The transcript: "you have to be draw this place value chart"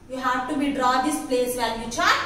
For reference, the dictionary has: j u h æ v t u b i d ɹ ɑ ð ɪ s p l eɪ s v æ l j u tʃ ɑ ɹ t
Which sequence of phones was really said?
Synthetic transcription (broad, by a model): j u h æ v t u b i d ɹ ɑ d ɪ s p l eɪ s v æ n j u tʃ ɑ